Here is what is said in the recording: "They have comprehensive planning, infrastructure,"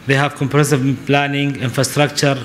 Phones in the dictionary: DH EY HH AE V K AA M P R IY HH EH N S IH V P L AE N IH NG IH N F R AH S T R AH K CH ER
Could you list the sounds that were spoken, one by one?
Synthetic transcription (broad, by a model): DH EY HH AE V K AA M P IY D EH S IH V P L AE N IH NG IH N F R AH S T R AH K CH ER